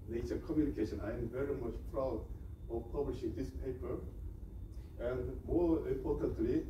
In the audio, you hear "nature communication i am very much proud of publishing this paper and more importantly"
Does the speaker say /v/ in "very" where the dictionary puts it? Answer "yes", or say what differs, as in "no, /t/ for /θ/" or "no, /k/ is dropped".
yes